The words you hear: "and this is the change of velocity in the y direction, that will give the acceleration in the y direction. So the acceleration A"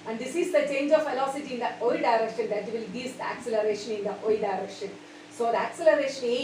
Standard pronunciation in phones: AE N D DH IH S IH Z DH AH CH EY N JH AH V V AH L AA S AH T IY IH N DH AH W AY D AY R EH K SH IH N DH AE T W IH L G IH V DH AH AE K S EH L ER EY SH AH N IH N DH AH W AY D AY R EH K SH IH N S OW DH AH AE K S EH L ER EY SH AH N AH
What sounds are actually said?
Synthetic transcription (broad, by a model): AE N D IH S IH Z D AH CH EY N JH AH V F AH L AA S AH T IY IH N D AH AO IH D AY R EH K SH IH N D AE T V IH L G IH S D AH AE K S EH L ER EY SH AH N IH N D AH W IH D AY R EH K SH IH N S OW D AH AE K S EH L ER EY SH AH N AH